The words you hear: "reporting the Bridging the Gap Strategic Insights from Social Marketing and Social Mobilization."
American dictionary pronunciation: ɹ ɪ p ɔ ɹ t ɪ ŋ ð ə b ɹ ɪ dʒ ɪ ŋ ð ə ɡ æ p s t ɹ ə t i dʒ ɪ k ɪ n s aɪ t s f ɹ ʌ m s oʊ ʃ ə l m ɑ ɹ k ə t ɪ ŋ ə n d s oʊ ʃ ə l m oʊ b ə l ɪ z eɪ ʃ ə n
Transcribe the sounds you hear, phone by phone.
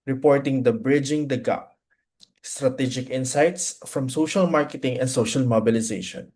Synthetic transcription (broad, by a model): ɹ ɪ p ɔ ɹ t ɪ ŋ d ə b ɹ ɪ dʒ ɪ ŋ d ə ɡ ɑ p s t ɹ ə t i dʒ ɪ k ɪ n s aɪ t s f ɹ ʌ m s oʊ ʃ ə l m ɑ ɹ k ə t ɪ ŋ ə n d s oʊ ʃ ə l m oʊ b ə l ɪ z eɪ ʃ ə n